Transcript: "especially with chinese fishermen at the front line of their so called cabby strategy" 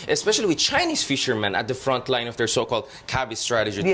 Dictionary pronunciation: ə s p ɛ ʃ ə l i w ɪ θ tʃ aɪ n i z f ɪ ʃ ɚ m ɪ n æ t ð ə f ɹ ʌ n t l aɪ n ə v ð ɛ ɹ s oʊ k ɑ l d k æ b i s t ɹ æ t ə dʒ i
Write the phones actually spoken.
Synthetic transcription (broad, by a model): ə s p ɛ ʃ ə l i w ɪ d tʃ aɪ n i s f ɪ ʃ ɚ m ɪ n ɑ t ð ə f ɹ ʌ n t l aɪ n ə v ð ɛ ɹ s oʊ k ɑ l d k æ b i s t ɹ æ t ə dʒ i